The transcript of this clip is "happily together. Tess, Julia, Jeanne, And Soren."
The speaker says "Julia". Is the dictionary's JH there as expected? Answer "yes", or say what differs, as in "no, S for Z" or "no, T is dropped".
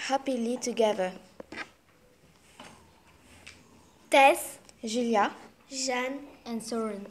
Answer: no, ZH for JH